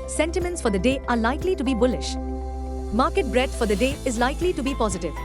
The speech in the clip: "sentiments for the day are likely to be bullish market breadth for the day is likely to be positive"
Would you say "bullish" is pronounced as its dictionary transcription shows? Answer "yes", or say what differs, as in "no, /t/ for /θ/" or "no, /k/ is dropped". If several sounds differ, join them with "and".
yes